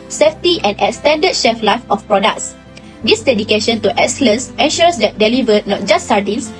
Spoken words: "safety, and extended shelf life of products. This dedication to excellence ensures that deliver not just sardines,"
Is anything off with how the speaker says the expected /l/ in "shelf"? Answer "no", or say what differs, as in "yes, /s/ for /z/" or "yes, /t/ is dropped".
yes, /l/ is dropped